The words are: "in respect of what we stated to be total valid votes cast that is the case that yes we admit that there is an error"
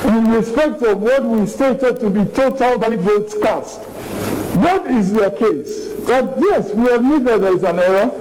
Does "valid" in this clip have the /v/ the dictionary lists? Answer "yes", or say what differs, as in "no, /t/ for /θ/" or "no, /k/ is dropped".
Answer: no, /b/ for /v/